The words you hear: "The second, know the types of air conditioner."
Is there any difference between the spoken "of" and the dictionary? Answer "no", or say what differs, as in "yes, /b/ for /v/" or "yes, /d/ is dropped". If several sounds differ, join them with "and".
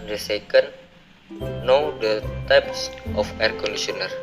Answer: yes, /f/ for /v/